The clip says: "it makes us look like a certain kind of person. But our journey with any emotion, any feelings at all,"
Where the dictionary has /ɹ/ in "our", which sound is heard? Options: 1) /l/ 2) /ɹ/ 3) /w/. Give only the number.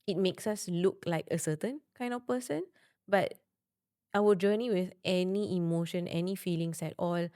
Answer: 3